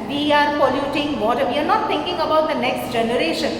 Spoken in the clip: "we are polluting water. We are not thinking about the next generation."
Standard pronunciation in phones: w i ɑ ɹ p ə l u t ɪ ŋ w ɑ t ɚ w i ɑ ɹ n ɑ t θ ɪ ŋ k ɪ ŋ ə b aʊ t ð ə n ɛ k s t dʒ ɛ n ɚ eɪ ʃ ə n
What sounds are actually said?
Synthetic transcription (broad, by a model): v i ɑ ɹ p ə l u t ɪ ŋ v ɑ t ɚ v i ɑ ɹ n ɑ t t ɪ ŋ k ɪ ŋ ə b aʊ t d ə n ɛ k s t dʒ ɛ n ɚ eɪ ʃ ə n